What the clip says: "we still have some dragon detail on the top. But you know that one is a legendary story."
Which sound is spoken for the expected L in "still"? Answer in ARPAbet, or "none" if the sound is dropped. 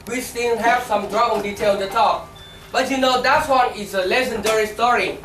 N